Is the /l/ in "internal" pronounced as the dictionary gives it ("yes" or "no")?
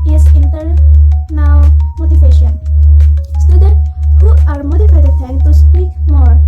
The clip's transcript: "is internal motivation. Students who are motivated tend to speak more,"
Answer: no